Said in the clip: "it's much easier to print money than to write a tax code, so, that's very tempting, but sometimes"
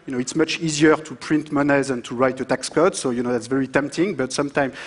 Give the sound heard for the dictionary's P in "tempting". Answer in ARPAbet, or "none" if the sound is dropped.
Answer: P